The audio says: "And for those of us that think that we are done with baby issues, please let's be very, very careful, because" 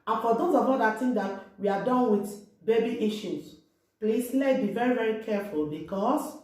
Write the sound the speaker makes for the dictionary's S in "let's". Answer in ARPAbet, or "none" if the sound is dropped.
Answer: none